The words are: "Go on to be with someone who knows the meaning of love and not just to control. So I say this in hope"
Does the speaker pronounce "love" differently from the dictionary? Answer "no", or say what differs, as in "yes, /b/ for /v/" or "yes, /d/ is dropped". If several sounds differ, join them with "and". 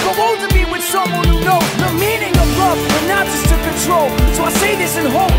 yes, /f/ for /v/